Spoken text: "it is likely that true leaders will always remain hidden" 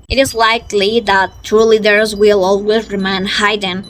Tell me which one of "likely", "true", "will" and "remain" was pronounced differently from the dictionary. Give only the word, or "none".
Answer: true